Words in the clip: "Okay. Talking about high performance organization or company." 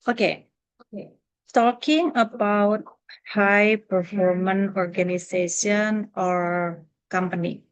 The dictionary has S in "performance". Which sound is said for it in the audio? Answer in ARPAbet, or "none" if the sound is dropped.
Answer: none